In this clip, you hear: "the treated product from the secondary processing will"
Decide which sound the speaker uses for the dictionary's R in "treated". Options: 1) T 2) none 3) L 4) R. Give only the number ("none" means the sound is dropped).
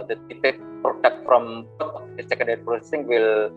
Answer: 2